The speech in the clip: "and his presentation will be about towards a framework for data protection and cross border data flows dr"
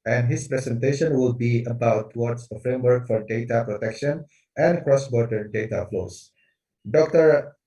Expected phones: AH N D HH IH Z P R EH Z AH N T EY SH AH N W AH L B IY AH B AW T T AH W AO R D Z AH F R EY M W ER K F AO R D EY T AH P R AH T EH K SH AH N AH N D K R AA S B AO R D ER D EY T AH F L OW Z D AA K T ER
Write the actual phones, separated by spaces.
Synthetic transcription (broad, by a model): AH N D HH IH S P R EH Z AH N T EY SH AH N W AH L B IY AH B AW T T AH W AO R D S AH F R EY M W ER K F AO R D EY T AH P R AH T EH K SH AH N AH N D K R AA S B AO R D ER D EY T AH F L OW S D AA K T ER